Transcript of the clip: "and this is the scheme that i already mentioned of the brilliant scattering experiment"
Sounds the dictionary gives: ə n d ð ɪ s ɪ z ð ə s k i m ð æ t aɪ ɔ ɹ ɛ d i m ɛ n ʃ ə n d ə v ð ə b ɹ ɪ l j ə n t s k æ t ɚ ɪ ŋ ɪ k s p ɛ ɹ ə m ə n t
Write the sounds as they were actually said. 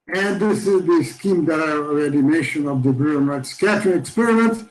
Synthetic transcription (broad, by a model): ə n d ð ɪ s ɪ z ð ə s k i m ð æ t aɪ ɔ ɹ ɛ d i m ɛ ʃ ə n ə v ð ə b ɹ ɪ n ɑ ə t s k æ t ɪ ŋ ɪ k s p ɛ ɹ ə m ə n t